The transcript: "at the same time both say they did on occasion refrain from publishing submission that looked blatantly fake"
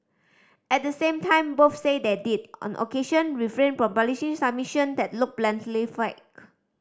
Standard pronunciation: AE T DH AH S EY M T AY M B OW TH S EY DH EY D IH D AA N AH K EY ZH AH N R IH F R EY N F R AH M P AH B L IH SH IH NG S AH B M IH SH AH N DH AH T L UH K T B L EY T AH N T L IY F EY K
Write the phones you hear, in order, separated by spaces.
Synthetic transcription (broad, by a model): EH T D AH S EY M T AY M B OW F S EY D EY D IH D AA N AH K EY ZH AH N R IH F R EY N F R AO M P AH L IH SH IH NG S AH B M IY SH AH N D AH T L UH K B L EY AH N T L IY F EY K